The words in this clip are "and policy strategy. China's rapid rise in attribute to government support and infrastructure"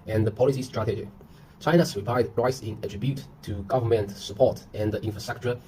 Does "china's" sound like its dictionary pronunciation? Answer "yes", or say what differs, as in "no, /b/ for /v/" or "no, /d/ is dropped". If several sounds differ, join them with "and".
no, /s/ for /z/